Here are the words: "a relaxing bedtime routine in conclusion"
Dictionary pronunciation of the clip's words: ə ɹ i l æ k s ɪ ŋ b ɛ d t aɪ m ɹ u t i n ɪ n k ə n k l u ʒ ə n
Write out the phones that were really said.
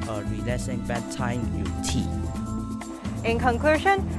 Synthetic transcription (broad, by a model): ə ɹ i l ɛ s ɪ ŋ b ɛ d t aɪ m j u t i ɪ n k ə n k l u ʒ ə n